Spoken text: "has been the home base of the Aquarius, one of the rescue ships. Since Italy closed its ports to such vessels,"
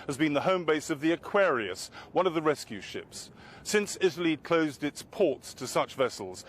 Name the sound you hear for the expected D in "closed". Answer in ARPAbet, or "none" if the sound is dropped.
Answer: D